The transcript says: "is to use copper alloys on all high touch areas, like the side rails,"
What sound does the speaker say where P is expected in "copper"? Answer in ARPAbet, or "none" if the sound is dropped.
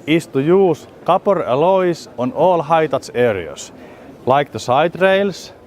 P